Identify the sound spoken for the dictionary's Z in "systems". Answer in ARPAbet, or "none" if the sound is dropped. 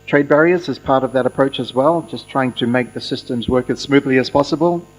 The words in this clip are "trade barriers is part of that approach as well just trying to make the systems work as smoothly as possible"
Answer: Z